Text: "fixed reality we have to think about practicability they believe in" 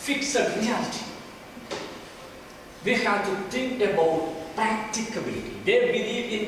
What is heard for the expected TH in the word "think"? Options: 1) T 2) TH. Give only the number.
1